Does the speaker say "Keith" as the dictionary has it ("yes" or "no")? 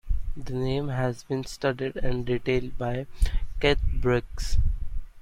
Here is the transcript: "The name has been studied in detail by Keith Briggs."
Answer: no